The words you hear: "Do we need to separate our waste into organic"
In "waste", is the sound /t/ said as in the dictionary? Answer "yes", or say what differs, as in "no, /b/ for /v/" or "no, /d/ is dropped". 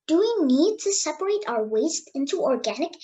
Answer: yes